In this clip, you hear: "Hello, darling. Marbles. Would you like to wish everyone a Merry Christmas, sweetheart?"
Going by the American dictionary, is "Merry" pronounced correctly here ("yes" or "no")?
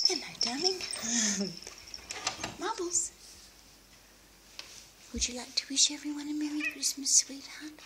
no